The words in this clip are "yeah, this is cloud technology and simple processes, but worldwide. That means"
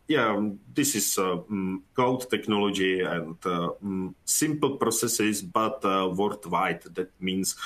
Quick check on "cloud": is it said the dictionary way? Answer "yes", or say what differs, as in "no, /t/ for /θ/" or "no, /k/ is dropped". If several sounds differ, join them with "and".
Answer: no, /l/ is dropped